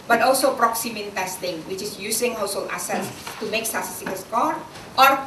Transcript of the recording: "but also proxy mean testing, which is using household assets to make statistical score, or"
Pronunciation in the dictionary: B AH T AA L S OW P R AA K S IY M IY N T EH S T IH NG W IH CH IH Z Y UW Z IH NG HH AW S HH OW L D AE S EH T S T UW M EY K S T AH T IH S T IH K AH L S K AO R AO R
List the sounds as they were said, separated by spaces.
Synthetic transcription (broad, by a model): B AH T AA L S OW P R AA K S IY M IY N T EH S T IH NG W IH CH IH S Y UW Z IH NG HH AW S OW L AE S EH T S T UW M EY K S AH S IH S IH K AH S K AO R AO R